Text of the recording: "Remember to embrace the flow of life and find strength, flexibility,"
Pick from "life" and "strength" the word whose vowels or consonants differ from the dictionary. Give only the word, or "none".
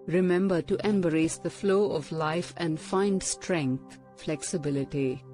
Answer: strength